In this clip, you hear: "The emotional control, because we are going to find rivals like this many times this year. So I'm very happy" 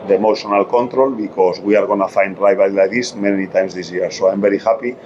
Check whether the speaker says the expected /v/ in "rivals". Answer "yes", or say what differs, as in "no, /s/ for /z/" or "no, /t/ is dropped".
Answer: no, /b/ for /v/